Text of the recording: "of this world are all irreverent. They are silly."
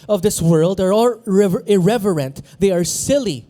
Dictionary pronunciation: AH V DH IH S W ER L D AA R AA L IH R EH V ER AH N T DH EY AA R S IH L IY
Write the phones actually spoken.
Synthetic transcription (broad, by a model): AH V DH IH S W ER L D AA R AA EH IH R EH V ER AH N T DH EY AA R S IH L IY